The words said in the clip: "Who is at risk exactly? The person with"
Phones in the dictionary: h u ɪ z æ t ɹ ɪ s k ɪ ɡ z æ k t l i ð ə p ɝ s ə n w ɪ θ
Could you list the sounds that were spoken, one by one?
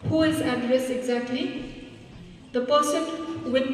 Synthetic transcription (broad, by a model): h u ɪ z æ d ɹ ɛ s ɪ ɡ z æ k t l i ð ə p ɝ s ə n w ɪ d